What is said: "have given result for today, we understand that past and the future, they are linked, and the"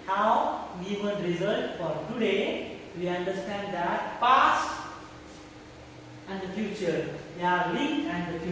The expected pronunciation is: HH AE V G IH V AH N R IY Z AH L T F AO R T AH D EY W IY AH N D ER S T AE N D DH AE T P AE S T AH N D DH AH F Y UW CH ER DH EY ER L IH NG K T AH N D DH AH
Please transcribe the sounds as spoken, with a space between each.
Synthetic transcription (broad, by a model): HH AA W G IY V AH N R IY Z AH L T F AO R T AH D EY W IY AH N D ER S T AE N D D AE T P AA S AH N D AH F Y UW CH ER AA L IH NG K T AH N D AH